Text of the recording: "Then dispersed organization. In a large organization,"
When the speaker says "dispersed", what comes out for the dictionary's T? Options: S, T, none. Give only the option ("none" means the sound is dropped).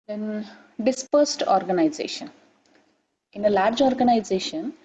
T